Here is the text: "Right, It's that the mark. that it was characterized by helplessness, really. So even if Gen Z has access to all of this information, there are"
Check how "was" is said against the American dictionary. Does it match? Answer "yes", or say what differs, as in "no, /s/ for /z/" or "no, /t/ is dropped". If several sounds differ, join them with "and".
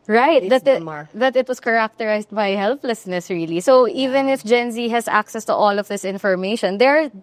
no, /s/ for /z/